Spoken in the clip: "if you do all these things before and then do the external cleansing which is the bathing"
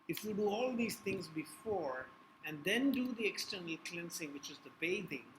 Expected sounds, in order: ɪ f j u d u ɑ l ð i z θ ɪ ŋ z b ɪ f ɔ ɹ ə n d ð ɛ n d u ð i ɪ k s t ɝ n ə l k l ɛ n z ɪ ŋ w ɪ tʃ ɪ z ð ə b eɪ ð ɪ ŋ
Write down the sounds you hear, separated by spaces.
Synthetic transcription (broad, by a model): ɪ f j u d u ɑ l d i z t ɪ ŋ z b ɪ f ɔ ɹ ə n d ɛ n d u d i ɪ k s t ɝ n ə l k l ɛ n s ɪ ŋ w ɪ tʃ ɪ z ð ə b eɪ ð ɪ ŋ